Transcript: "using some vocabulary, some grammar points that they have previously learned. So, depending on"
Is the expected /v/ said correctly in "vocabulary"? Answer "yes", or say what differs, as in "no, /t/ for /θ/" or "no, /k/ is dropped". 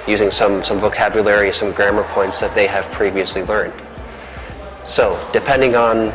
yes